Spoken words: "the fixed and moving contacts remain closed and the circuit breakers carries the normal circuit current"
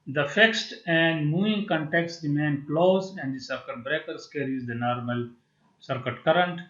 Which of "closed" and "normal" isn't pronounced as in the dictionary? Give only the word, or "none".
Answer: closed